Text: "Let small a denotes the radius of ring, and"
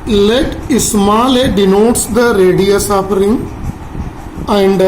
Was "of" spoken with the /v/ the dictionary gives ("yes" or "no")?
no